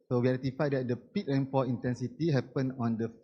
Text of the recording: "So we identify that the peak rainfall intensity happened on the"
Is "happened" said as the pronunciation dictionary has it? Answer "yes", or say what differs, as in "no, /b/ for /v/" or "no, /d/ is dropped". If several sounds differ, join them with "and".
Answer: no, /d/ is dropped